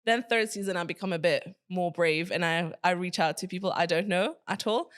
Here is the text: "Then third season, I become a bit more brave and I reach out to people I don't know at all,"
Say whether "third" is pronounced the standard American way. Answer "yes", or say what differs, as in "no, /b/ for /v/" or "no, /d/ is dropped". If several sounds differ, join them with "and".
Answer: yes